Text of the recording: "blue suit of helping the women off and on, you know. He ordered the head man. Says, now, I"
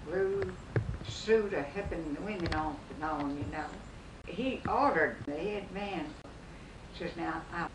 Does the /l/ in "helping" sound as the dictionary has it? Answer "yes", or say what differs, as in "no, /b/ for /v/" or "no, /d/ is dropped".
no, /l/ is dropped